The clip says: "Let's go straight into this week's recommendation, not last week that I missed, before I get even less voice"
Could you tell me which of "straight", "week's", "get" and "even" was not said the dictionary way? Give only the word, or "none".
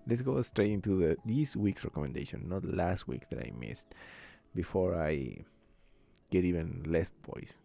none